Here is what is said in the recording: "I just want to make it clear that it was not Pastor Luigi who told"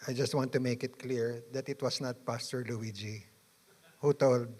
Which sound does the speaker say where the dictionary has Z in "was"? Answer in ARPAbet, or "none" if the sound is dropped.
S